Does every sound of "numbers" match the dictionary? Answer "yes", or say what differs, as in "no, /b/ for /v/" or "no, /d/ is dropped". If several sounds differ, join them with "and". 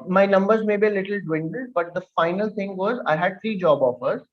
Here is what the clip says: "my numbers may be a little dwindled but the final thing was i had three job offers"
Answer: yes